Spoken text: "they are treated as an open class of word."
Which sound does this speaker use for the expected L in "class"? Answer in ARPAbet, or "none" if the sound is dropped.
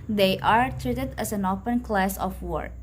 L